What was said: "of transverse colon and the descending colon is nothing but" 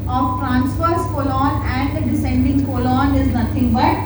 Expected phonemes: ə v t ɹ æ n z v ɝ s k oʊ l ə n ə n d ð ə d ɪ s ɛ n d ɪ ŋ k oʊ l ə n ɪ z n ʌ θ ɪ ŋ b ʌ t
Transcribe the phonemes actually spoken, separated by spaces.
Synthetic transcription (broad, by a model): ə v t ɹ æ n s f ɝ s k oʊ l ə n ə n d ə d ɪ s ɛ n d ɪ ŋ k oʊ l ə n ɪ z n ʌ t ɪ ŋ b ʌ t